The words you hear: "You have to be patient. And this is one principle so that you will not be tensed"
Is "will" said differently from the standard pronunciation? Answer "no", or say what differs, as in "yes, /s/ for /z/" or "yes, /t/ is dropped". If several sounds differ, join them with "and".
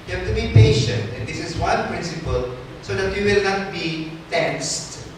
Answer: no